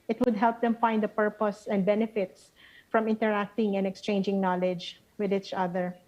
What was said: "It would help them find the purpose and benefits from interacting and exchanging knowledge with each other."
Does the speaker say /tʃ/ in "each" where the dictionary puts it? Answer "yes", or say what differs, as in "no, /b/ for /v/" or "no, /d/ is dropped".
yes